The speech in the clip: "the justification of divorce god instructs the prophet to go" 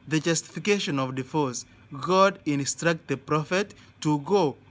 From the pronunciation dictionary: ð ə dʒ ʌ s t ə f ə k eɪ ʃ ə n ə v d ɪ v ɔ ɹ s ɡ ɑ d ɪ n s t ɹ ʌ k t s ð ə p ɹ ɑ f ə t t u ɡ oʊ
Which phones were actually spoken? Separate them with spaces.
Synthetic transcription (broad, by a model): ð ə dʒ ʌ s t ə f ə k eɪ ʃ ə n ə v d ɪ f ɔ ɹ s ɡ ɑ d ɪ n s t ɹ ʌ k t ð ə p ɹ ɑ f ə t t u ɡ oʊ